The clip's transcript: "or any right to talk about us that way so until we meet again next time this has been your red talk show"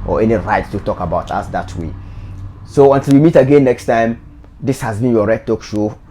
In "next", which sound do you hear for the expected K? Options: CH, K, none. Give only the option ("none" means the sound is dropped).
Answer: K